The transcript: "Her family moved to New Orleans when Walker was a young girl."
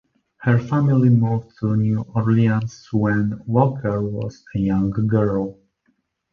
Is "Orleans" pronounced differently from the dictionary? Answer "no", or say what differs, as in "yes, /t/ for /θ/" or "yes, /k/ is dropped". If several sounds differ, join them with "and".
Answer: yes, /l/ is dropped and /s/ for /z/